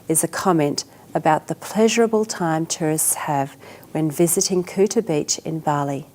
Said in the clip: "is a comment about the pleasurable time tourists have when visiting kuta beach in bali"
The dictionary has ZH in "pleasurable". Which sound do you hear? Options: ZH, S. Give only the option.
ZH